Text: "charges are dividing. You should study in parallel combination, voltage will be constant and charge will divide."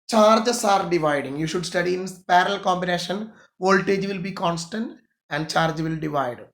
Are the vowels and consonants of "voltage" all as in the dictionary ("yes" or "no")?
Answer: yes